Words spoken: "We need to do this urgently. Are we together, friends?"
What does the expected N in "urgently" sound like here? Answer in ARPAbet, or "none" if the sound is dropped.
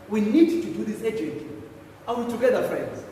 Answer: none